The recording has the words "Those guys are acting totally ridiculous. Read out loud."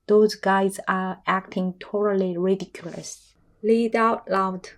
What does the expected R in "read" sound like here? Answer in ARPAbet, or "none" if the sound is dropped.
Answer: L